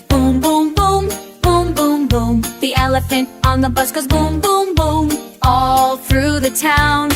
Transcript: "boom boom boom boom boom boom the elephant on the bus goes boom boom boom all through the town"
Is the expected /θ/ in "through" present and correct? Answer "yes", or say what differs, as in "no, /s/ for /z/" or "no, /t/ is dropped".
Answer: yes